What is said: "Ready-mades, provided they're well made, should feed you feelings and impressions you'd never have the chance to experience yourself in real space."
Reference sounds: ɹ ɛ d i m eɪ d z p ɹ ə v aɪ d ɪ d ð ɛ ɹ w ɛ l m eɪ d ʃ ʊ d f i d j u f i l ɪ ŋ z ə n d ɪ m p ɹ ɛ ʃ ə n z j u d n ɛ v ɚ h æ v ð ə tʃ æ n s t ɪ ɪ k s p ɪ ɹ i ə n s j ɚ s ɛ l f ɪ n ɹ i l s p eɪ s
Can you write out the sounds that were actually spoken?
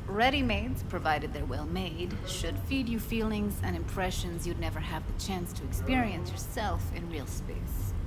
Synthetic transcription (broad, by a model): ɹ ɛ d i m eɪ d z p ɹ ə v aɪ d ɪ d ð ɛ ɹ w ɛ l m eɪ d ʃ ʊ d f i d j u f i l ɪ ŋ z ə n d ɪ m p ɹ ɛ ʃ ə n z j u d n ɛ v ɚ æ v ð ə tʃ æ n s t ɪ ɪ k s p ɪ ɹ i ə n s j ɚ s ɛ l f ɪ n ɹ i l s p eɪ s